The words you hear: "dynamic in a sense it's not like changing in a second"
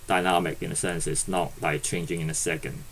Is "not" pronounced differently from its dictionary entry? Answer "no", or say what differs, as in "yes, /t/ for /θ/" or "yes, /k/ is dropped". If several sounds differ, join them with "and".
no